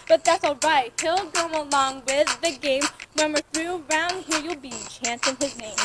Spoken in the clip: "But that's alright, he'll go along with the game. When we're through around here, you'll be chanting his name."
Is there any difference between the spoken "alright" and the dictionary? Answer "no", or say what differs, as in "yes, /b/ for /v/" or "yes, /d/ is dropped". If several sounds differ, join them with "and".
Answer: no